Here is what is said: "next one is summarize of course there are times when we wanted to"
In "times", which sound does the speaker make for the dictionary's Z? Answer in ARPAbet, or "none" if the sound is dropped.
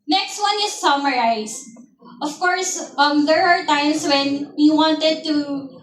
S